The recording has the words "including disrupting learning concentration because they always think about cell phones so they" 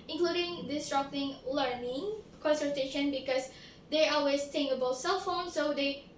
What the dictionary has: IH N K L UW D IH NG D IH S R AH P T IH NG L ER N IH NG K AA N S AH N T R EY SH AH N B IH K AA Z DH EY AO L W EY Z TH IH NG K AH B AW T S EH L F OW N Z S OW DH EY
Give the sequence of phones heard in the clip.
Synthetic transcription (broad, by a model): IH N K L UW D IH NG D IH S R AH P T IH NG L ER N IH NG K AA N S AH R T EY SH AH N B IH K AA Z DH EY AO L W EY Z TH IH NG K AH B AW T S EH L F OW N S OW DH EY